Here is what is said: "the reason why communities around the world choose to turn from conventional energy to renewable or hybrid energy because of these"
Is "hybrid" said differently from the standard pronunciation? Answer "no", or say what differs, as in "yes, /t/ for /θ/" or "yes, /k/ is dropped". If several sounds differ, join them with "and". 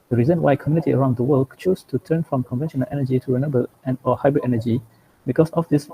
no